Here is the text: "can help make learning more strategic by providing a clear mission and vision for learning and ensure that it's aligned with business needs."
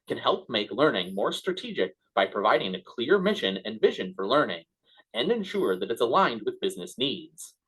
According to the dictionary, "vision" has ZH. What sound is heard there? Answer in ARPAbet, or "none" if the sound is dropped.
ZH